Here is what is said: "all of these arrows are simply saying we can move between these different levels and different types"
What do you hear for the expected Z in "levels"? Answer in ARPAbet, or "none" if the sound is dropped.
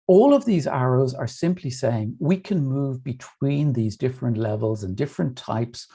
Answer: Z